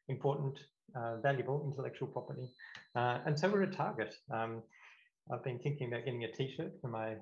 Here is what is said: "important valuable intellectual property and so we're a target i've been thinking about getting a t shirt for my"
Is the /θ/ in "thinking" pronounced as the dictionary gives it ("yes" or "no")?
yes